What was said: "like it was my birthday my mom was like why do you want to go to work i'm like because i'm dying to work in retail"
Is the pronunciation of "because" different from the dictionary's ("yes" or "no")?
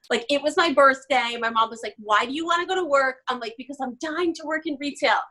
no